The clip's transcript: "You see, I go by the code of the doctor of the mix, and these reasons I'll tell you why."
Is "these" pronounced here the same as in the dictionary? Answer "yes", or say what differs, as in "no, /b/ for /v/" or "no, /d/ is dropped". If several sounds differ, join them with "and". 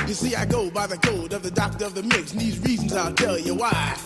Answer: yes